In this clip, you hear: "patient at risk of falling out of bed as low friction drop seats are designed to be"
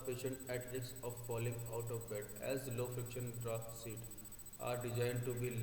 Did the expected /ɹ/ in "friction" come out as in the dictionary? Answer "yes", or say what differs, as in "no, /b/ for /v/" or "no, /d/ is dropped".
yes